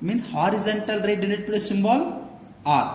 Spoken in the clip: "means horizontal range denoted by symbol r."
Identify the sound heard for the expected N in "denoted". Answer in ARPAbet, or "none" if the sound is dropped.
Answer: L